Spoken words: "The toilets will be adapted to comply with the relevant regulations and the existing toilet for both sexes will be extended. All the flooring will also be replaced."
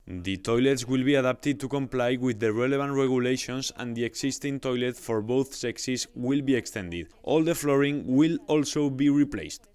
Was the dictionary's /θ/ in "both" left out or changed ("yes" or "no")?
no